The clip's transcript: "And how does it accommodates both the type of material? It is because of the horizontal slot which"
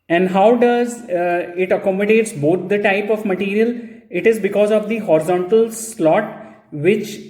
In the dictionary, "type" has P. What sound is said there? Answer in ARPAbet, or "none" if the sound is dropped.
P